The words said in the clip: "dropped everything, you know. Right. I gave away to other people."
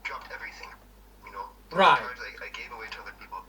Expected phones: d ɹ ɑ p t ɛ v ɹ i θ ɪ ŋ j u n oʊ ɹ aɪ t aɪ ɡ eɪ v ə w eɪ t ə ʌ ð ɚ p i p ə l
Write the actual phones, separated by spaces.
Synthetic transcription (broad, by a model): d ɹ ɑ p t ɛ v ɹ i θ ɪ ŋ j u n oʊ ɹ aɪ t aɪ ɡ eɪ v ə w eɪ t ə ʌ ð ɚ p i p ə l